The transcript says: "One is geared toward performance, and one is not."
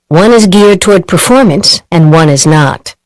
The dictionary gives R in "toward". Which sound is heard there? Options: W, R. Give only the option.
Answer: R